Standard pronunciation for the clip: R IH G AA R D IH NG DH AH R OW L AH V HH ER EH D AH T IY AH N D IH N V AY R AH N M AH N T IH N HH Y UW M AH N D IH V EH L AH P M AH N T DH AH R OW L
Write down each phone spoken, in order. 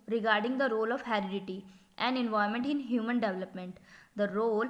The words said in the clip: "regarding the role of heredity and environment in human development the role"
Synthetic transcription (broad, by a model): R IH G AA R D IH NG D AH R OW L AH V HH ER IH D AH T IY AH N D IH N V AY AH M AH N T IH N HH Y UW M AH N D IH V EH L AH P M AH N T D AH R OW L